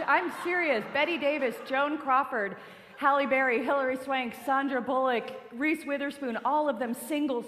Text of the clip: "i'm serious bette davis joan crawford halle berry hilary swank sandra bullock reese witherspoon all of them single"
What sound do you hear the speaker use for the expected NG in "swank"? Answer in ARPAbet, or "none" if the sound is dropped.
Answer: NG